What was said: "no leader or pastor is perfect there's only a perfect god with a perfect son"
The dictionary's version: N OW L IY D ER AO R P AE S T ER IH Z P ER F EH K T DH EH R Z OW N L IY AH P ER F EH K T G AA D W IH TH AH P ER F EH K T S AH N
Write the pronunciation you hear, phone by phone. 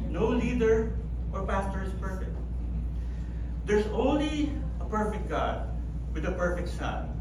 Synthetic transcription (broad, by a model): N OW L IY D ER AO R P AE S T ER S P ER F EH K T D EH R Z OW N L IY AH P ER F EH K T G AA D W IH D AH P ER F EH K T S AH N